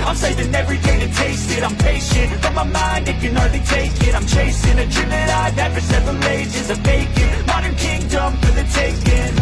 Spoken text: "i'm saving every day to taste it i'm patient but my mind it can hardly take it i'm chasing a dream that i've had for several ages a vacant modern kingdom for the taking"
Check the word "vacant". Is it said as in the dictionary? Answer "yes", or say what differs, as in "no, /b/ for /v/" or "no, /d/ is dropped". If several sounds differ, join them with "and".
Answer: no, /b/ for /v/